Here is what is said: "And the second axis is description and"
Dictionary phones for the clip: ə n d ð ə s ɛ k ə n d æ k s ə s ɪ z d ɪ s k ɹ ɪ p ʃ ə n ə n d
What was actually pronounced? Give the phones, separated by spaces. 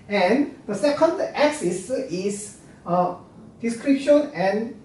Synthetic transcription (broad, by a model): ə n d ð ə s ɛ k ə n d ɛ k s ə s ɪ s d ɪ s k ɹ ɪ p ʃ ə n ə n